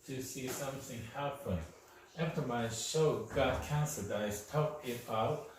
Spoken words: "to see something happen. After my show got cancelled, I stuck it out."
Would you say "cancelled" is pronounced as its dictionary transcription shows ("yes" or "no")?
no